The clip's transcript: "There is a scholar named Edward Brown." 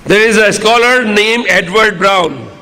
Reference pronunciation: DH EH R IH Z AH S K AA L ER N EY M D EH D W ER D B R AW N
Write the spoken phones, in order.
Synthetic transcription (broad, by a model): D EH R IH Z AH S K AA L ER N EY M EH D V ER D B R AW N